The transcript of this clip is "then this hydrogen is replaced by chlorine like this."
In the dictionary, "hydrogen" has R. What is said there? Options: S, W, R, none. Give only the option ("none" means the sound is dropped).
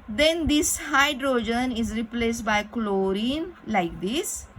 R